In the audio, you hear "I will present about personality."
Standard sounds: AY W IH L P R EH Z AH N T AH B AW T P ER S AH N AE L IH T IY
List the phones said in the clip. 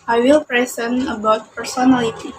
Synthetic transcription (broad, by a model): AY W IH L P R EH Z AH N AH B AW T P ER S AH N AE L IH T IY